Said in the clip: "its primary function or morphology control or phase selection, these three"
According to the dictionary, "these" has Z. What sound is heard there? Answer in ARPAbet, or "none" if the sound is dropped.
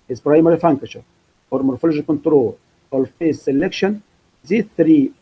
none